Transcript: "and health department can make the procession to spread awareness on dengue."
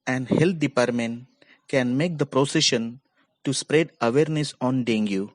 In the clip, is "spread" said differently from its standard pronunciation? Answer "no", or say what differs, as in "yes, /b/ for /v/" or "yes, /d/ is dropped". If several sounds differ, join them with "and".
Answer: no